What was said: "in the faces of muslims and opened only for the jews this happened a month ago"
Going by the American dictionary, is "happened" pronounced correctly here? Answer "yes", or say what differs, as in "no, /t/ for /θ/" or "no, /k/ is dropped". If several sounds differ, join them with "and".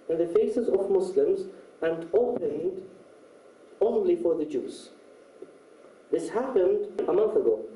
yes